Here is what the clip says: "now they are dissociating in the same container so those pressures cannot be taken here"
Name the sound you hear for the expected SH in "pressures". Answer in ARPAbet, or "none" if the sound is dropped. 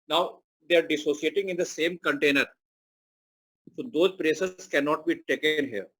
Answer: S